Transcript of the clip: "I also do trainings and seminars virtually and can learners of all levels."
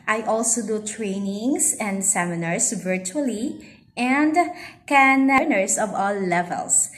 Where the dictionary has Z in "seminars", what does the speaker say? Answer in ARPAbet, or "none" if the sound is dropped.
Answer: S